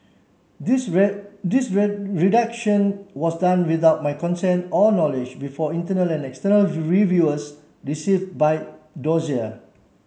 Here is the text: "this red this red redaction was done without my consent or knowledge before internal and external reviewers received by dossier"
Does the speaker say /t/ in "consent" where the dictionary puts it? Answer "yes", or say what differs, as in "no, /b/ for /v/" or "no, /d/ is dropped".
yes